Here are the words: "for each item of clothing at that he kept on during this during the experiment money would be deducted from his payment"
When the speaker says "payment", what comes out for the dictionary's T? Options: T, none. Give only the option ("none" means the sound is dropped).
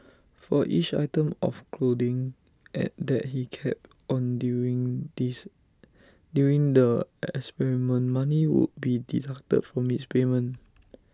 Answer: none